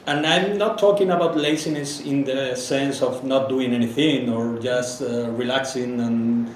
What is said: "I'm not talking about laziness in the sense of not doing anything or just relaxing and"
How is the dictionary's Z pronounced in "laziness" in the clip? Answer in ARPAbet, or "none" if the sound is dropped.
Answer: S